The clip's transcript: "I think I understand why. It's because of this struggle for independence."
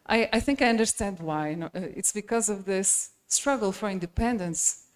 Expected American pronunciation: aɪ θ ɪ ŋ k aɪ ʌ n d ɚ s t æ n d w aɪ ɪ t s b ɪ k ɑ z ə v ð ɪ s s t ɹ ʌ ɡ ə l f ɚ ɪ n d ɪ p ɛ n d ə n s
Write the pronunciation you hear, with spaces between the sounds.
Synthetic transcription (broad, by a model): aɪ θ ɪ ŋ k aɪ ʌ n d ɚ s t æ n d w aɪ ɪ t s b ɪ k ɑ z ə v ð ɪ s s t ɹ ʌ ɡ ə l f ɚ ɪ n d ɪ p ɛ n d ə n s